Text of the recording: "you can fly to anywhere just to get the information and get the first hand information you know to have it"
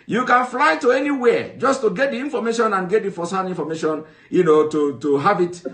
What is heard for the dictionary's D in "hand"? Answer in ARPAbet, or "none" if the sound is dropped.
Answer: none